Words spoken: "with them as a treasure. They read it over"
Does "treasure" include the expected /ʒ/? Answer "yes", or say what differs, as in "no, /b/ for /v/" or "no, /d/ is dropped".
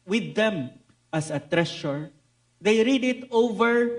no, /ʃ/ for /ʒ/